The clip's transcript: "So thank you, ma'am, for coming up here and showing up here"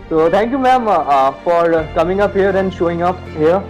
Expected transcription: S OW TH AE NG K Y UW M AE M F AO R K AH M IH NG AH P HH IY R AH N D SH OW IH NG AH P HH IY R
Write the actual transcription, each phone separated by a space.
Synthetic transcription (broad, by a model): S OW T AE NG K Y UW M AE M F AO R K AH M IH NG AH P HH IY R AH N D SH OW IH NG AH P HH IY R